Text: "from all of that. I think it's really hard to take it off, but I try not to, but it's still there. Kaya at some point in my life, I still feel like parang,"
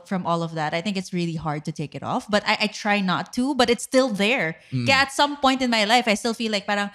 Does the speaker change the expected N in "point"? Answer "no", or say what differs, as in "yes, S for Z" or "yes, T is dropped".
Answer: no